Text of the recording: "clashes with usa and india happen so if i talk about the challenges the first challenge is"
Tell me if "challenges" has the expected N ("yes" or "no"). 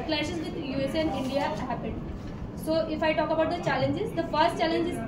yes